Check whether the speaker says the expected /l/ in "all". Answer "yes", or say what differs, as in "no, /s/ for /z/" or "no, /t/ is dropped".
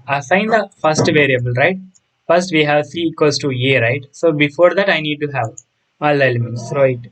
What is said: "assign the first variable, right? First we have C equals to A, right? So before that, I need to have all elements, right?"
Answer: yes